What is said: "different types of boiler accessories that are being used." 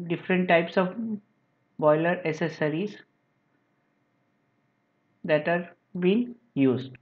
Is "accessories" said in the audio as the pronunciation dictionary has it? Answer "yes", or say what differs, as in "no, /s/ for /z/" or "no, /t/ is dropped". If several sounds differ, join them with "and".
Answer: no, /k/ is dropped